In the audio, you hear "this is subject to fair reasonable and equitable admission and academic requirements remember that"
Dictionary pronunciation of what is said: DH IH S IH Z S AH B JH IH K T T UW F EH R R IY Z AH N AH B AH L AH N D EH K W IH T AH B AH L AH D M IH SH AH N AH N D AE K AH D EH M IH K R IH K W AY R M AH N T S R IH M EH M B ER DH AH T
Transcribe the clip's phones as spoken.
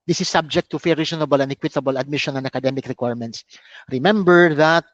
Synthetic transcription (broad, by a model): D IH S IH S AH B JH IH K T T UW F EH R R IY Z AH N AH B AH L AH N D EH K W IH T AH B AH L AH D M IH SH AH N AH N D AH K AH D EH M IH K R IH K W AY R M AH N T S R IH M EH M B ER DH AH T